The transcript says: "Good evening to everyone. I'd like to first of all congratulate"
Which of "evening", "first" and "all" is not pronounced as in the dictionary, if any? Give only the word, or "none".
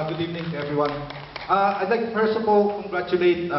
first